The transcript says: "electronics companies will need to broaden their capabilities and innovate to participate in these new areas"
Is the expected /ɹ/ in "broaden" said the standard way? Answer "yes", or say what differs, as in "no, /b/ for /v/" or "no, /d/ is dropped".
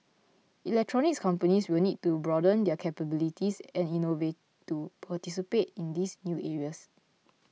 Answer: yes